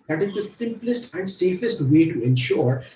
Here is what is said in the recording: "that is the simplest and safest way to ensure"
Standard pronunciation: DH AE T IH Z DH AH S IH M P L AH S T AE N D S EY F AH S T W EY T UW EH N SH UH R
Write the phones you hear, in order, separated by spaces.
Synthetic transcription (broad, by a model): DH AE T IH Z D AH S IH M P L AH S T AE N D S EY F AH S T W EY T UW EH N SH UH R